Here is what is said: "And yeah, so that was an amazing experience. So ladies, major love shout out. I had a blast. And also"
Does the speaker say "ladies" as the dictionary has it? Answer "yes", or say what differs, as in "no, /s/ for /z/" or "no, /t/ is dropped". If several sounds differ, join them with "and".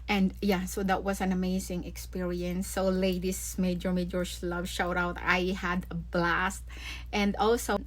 no, /s/ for /z/